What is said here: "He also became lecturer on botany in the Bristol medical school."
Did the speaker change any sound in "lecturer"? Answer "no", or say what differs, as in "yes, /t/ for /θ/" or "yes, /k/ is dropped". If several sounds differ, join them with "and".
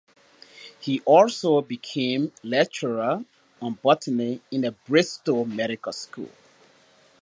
yes, /k/ is dropped